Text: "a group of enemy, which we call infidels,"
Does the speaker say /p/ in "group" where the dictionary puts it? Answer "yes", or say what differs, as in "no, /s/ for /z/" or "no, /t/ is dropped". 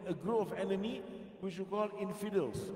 no, /p/ is dropped